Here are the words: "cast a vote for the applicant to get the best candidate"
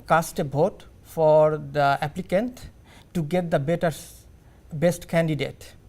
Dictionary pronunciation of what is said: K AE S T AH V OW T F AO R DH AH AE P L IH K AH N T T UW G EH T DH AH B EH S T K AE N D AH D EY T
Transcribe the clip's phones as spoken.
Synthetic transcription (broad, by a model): K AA S T AH B OW T F AO R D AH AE P L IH K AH N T T UW G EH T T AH B EH S T K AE N D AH D EY T